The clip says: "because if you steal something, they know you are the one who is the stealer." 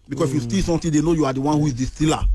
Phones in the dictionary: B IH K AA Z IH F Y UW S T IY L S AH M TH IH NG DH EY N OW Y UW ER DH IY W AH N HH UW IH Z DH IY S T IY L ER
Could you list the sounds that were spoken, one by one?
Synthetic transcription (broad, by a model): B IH K AA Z IH F Y UW S T IY L S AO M T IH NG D EY N OW Y UW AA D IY W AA N HH UW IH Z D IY S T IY L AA